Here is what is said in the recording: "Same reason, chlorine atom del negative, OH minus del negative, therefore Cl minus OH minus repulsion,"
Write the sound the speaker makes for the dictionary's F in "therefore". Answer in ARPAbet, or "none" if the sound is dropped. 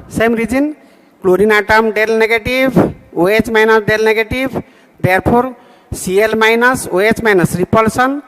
P